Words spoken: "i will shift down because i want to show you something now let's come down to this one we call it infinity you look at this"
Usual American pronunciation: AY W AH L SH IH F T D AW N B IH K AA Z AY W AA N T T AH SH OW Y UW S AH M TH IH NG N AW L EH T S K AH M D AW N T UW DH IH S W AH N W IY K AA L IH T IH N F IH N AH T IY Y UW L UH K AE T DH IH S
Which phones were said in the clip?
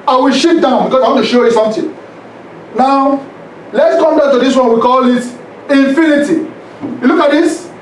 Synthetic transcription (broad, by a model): AY W AH L SH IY T D AW N B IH K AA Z AY W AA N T T AH SH OW Y UW S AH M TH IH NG N AW L EH T S K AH M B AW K T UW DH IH S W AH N W IY K AA L IH T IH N F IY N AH T IY Y UW L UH K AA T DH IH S